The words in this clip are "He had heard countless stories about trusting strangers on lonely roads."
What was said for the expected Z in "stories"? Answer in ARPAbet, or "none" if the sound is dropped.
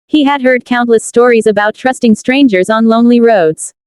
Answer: Z